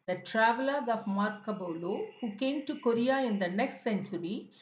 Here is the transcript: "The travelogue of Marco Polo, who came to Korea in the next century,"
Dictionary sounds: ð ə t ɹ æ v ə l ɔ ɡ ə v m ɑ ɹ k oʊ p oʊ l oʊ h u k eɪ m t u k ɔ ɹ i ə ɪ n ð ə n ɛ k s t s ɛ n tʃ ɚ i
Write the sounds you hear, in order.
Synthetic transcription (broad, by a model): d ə t ɹ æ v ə l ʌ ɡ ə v m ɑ ɹ k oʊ b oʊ l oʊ h u k eɪ m t u k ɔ ɹ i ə ɪ n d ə n ɛ k s t s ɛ n tʃ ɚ i